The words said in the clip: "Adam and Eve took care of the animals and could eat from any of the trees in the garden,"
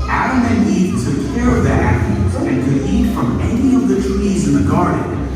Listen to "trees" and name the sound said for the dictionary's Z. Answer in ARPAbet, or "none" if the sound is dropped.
Z